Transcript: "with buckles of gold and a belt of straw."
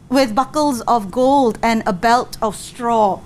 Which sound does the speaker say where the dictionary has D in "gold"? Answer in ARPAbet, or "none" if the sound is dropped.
D